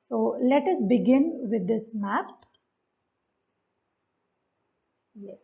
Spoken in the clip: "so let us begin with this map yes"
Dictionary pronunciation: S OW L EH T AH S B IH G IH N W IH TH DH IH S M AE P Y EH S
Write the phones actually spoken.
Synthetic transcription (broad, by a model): S OW L EH T AH S B IH G IH N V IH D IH S M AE F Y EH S